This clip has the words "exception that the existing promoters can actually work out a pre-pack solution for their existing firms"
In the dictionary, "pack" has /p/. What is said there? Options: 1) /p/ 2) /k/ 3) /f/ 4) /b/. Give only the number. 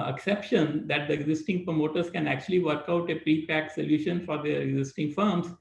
1